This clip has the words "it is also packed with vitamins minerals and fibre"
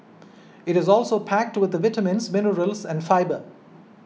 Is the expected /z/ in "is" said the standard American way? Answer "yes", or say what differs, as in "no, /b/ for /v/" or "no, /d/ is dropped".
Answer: yes